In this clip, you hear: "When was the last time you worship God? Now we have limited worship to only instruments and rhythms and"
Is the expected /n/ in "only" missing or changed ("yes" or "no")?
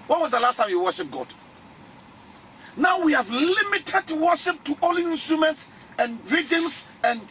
yes